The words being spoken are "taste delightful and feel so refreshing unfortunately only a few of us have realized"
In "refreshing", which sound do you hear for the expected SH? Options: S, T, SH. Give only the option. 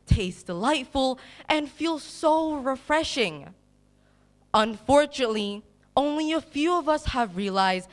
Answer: SH